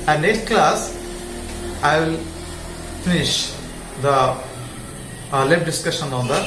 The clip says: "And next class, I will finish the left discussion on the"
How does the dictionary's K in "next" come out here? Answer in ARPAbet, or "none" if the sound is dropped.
none